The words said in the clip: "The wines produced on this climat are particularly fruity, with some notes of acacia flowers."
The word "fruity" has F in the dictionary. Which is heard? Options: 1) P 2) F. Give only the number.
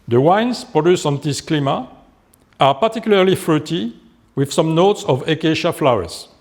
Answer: 2